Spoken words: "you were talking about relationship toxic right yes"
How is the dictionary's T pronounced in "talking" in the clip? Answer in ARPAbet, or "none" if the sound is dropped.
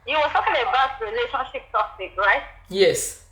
S